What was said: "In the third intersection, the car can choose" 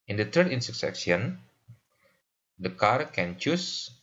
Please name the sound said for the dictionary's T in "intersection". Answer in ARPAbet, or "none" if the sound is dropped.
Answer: S